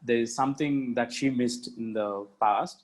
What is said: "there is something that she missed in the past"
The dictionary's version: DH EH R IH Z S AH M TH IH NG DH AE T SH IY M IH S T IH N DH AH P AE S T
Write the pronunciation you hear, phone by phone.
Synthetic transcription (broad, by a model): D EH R IH Z S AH M T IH NG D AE T SH IY M IH S T IH N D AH P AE S T